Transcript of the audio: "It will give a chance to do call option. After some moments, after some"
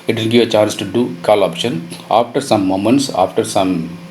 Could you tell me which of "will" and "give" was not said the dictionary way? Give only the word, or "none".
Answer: will